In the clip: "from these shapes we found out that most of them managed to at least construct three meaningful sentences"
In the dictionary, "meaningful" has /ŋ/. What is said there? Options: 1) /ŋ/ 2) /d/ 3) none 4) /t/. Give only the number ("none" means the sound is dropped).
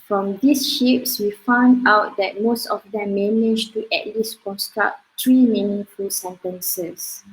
3